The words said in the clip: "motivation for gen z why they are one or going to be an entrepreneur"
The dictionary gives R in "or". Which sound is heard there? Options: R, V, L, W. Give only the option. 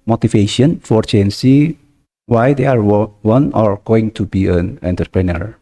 R